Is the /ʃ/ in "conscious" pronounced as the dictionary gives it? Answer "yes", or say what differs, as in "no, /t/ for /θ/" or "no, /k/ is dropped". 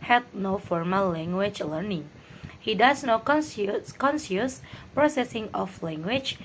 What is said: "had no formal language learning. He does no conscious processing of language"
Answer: no, /s/ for /ʃ/